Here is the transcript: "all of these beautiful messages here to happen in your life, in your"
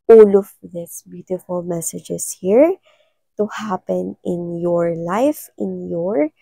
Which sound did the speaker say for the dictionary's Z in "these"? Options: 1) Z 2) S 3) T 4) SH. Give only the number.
2